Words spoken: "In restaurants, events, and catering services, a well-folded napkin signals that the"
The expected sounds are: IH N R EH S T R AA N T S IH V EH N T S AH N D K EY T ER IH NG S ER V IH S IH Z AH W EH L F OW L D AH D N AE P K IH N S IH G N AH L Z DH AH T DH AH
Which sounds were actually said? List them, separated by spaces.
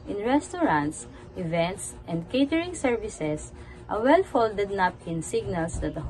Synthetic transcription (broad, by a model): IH N R EH S T R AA N T S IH V EH N T S AH N D K EY T ER IH NG S ER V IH S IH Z AH W EH L F OW L D AH D N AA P IH N S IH G N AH L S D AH T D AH